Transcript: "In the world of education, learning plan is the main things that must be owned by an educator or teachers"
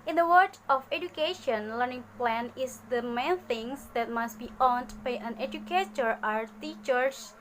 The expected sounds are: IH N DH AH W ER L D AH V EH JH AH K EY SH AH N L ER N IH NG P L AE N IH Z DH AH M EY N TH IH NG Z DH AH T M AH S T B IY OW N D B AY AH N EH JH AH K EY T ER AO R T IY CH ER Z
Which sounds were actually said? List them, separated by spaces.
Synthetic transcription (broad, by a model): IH N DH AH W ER D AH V EH JH AH K EY SH AH N L ER N IH NG P L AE N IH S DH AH M EY N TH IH NG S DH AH T M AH S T B IY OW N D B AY AH N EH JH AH K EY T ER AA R T IY CH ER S